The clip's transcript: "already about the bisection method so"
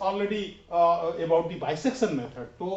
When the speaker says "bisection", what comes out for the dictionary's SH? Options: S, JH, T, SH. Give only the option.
S